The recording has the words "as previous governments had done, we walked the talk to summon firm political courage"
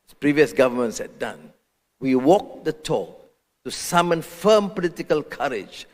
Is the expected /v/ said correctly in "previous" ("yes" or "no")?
yes